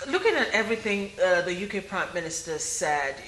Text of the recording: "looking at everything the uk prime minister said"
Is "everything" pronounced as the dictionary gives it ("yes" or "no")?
yes